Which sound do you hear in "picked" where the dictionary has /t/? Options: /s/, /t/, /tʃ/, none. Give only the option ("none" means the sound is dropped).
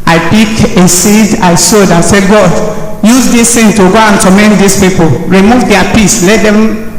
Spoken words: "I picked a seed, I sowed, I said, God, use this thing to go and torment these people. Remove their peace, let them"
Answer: none